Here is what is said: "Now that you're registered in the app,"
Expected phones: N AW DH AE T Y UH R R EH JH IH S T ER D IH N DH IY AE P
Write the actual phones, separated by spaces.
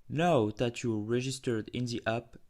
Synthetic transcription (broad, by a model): N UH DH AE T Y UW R R EH JH IH S T ER D IH N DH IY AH P